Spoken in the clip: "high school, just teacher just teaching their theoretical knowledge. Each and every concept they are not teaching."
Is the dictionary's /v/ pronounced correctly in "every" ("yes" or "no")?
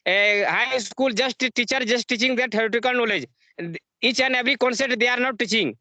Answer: no